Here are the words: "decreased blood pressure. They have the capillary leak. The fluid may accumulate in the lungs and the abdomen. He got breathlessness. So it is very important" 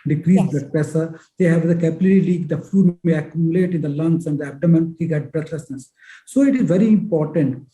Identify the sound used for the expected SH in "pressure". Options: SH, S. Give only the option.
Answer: S